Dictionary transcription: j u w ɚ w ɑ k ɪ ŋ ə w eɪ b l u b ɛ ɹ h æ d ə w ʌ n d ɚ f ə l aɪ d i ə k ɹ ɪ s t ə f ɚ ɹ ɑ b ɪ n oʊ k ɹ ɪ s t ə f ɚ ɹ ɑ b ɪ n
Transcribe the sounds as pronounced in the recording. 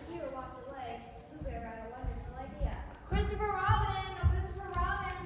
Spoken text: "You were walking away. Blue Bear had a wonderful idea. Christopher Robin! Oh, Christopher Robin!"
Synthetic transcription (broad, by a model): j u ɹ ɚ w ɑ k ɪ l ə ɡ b u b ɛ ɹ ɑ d ə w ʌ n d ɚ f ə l aɪ d i ə k ɹ ɪ s t ə f ɚ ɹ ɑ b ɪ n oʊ k ɹ ɪ s t ə f ɚ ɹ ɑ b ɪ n